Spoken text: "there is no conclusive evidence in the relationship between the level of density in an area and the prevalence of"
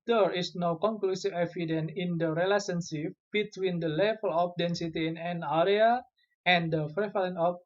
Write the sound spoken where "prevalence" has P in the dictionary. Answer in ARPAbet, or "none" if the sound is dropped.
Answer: F